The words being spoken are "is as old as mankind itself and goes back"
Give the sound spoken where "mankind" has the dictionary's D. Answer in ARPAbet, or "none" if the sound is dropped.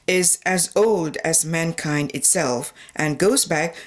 D